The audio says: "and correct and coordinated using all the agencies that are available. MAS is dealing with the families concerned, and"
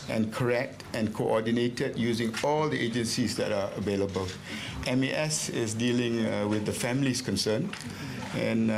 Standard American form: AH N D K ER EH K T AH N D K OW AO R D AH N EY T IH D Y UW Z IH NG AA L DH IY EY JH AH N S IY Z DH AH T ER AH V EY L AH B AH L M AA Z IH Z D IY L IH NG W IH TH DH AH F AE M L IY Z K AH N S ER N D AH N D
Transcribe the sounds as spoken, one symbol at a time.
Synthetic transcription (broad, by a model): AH N K ER EH K T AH N K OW AO D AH N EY T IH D Y UW Z IH NG AA L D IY EY JH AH N S IY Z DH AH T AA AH V EY L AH B AH L M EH S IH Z D IY L IH NG W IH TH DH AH F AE M L IY S K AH N S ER N AH N